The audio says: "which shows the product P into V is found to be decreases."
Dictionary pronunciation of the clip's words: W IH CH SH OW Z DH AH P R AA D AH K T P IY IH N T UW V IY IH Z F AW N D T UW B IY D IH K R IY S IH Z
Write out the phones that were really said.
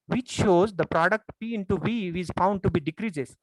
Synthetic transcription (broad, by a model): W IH CH SH OW Z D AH P R AA D AH K T P IY IH N T UW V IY IH Z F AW N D T UW B IY D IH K R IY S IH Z